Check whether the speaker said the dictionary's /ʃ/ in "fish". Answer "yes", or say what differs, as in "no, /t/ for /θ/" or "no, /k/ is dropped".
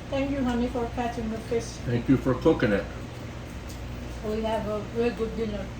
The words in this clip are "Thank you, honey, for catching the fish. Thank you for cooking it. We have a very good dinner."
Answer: no, /s/ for /ʃ/